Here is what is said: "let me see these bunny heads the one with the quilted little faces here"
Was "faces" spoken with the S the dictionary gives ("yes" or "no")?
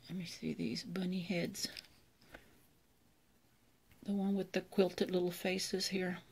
yes